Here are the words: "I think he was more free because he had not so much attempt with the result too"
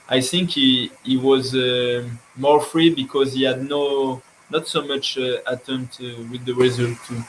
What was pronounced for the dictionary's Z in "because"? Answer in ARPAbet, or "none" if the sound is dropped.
Z